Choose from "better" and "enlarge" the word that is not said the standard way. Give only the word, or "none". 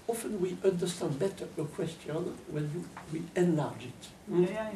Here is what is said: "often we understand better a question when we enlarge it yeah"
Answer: none